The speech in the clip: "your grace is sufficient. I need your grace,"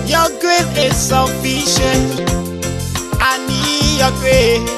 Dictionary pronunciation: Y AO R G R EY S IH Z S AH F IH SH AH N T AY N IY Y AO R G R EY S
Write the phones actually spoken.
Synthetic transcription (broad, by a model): Y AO G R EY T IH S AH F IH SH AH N AY N IY Y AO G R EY